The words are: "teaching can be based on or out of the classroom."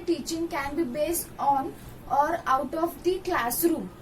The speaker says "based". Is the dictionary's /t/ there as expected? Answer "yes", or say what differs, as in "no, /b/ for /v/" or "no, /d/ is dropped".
yes